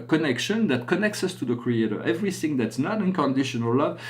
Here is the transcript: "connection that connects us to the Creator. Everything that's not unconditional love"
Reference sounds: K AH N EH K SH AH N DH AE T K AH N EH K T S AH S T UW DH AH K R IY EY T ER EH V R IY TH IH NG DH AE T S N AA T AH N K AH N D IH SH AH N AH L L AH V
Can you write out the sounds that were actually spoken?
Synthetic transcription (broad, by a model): K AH N EH K SH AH N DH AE T K AH N EH K T S AH S T UW DH AH K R IY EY T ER EH V R IY TH IH NG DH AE T S N AA T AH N K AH N D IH SH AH N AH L L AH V